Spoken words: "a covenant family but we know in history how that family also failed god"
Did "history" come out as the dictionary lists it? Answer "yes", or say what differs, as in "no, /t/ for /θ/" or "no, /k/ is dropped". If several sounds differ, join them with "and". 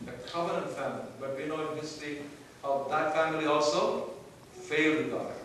no, /ɹ/ is dropped